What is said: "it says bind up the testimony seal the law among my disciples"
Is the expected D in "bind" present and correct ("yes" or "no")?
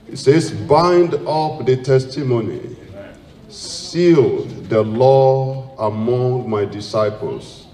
yes